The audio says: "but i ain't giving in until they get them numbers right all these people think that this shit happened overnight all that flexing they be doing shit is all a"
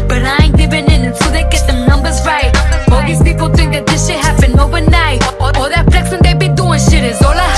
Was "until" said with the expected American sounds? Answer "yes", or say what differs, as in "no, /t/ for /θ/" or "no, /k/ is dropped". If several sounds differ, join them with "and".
no, /s/ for /t/